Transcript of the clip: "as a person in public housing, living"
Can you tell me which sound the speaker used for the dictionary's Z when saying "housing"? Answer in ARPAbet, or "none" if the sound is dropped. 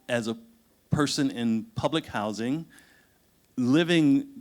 Z